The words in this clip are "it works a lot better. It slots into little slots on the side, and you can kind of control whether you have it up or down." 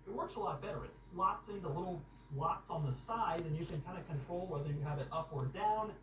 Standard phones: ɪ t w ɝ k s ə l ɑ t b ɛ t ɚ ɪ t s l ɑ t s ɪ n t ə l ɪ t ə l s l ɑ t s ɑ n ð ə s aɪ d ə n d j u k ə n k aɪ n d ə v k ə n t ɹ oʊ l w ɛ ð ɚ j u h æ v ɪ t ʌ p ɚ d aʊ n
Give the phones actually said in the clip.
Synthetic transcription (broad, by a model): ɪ t w ɝ k s ə l ɑ t b ɛ t ɚ ɪ t s l ɑ t s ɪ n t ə l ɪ t l s l ɑ t s n ð ə s aɪ d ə n j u k ə n k aɪ n d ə k ə n t ɹ oʊ l w ɛ ð ɚ j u v ɪ t ʌ p ɚ d aʊ n